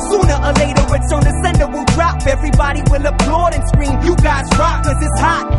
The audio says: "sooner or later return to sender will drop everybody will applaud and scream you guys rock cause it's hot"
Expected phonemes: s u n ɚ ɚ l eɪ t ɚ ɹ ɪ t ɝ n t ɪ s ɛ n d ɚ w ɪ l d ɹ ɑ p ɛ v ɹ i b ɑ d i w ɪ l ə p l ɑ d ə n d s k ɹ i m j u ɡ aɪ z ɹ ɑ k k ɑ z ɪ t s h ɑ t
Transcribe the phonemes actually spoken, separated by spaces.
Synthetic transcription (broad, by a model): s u n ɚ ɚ l eɪ t ɚ w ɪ s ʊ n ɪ s ɛ n d ɚ w ɪ l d ɹ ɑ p ɛ v ɹ i b ɑ d i w ɪ l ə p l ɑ d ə n s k ɹ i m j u ɡ aɪ z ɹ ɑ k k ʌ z ɪ t s h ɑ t